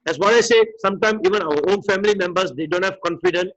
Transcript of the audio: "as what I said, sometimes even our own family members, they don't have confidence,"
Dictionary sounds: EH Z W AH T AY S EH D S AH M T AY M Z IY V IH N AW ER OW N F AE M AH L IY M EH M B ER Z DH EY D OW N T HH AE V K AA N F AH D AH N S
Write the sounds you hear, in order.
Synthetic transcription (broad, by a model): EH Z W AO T AY S EH S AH M T AY M IY V IH N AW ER OW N F AE M AH L IY M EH M B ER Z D EY D OW N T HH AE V K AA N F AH D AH N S